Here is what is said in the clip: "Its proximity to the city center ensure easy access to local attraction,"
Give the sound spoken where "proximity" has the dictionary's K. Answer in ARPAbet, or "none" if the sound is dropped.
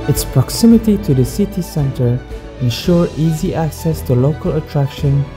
K